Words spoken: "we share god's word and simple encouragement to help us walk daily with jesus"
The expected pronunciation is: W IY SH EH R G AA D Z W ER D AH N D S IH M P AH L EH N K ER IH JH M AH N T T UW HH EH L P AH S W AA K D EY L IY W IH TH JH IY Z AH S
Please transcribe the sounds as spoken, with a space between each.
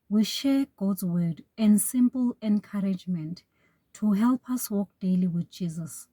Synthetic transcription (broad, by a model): W IY SH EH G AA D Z W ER D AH N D S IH M P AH L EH N K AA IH JH M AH N T T UW HH EH L P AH S W AA K D EY L IY W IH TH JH IY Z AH S